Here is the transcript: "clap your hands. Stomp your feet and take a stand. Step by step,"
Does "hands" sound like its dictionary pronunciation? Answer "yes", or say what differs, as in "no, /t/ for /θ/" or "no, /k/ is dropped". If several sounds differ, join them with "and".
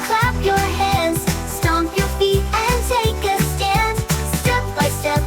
no, /n/ is dropped